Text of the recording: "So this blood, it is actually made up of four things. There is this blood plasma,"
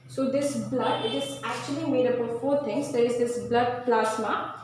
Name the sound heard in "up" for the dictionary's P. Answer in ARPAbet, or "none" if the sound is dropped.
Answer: B